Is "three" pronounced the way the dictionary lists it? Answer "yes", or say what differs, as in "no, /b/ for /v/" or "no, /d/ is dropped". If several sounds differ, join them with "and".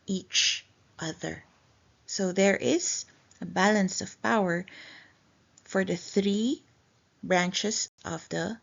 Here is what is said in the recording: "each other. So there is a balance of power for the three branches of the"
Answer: yes